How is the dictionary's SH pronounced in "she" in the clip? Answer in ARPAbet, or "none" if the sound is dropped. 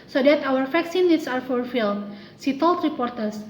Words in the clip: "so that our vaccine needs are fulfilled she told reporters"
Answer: S